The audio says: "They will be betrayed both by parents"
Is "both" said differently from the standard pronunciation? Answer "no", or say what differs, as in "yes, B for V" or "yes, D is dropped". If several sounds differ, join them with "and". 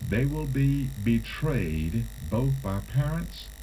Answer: no